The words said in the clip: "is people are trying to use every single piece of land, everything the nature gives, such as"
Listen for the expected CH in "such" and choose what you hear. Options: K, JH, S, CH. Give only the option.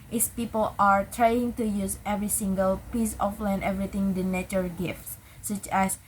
CH